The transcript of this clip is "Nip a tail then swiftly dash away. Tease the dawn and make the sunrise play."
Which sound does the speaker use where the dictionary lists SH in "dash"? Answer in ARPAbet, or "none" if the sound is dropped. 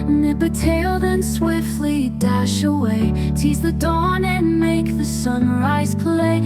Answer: SH